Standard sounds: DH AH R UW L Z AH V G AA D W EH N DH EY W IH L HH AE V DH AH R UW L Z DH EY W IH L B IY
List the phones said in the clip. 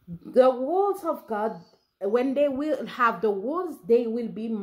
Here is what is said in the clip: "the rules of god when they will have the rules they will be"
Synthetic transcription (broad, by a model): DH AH W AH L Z AH V G AA D W EH N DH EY W IH L HH AE V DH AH W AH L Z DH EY W IH L B IY